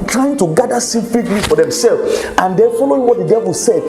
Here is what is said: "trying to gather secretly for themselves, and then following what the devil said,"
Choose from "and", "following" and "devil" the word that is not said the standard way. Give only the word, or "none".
none